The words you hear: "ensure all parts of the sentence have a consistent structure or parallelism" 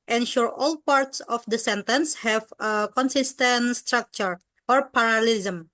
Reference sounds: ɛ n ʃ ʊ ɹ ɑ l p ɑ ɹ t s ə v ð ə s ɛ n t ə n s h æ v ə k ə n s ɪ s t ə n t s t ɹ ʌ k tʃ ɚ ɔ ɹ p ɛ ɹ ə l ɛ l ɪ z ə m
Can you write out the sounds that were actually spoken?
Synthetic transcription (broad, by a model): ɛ n ʃ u ɹ ɑ l p ɑ ɹ t s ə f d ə s ɛ n t ə n s h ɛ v ə k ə n s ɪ s t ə n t s t ɹ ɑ k tʃ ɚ ɔ ɹ p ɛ ɹ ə l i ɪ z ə m